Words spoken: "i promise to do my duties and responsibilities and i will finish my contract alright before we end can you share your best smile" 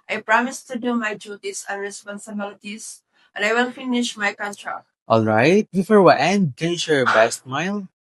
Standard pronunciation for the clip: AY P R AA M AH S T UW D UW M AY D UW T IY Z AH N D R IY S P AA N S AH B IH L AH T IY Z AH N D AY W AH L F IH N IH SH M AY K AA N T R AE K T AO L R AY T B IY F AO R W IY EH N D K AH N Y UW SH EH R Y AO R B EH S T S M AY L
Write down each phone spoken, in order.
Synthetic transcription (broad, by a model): AY P R AA M AH S T UW D UW M AY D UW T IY S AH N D R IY S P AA N S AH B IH L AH T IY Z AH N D AY W AH L F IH N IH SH M AY K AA N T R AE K T AO L R AY T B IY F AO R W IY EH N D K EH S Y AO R B EH S T M AY L